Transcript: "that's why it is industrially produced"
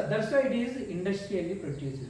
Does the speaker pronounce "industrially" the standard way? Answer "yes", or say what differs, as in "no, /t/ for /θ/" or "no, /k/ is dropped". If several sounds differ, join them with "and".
yes